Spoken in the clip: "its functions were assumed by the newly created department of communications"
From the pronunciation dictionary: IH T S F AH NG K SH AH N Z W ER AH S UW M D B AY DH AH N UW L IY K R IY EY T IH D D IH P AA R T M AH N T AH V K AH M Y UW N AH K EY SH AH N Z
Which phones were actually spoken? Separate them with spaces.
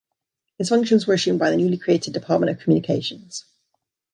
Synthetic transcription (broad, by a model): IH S F AH NG K SH AH N Z W ER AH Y UW M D B AY DH AH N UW L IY K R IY EY T IH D D IH P AA T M AH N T AH V K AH M Y UW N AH K EY SH AH N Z